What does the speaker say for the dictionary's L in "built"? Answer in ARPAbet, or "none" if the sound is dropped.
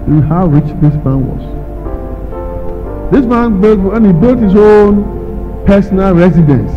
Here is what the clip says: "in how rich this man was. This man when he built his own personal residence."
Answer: L